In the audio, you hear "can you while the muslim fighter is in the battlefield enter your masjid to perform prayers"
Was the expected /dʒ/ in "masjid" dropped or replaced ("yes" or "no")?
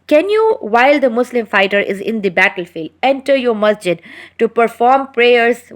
no